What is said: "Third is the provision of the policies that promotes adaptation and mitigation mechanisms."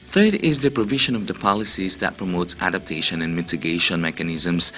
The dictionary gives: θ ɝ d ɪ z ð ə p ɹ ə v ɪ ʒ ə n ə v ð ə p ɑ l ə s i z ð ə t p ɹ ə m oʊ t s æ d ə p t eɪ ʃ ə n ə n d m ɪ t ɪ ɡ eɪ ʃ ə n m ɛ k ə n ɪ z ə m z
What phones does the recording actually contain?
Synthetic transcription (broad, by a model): θ ɝ d ɪ z ð ə p ɹ ə v ɪ ʒ ə n ə v ð ə p ɑ l ə s i z ð ə t p ɹ ə m oʊ t s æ d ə p t eɪ ʃ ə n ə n m ɪ t ɪ ɡ eɪ ʃ ə n m ɛ k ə n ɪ z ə m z